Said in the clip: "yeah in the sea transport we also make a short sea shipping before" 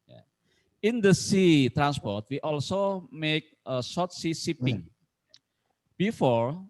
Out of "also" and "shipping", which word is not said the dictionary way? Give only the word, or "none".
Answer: shipping